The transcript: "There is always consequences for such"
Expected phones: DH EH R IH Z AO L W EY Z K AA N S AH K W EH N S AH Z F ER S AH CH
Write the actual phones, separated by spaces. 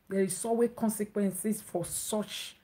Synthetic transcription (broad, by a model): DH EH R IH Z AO W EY K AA N S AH K W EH N S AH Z F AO S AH CH